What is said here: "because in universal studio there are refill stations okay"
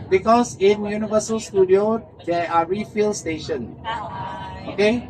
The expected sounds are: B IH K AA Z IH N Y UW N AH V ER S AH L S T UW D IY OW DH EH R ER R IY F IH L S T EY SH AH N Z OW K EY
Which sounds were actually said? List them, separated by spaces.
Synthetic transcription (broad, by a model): B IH K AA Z IH N Y UW N AH V ER S AH L S T UW D IY OW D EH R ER R IY F IH L S T EY SH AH N OW K EY